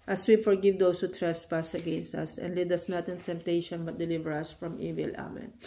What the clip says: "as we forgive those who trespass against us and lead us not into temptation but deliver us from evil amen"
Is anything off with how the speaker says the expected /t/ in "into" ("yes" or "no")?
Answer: no